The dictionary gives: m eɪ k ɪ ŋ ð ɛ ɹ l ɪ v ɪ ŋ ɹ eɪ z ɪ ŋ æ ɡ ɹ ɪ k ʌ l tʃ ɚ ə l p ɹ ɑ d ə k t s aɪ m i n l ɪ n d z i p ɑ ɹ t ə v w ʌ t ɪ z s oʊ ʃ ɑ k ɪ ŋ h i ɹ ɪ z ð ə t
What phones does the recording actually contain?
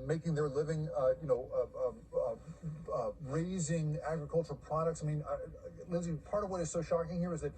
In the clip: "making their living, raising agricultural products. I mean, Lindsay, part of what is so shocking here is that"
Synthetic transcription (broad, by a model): m eɪ k ɪ ŋ ð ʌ ɹ l ɪ v ɪ ŋ ɹ eɪ z ɪ ŋ æ ɡ ɹ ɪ k ʌ l tʃ ɚ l p ɹ ɑ d ə k t s aɪ m i n l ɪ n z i p ɑ ɹ t ə v w ʌ t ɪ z s oʊ ʃ ɑ k ɪ ŋ h i ɹ ɪ z ð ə t